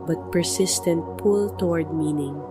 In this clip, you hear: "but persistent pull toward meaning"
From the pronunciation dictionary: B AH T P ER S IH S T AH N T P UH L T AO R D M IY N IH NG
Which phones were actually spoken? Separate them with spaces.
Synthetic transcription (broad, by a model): B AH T P ER S IH S T AH N T P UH L T AO R D M IY N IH NG